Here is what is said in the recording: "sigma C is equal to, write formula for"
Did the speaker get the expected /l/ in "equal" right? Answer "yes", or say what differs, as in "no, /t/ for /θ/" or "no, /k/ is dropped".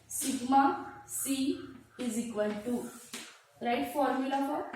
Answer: no, /n/ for /l/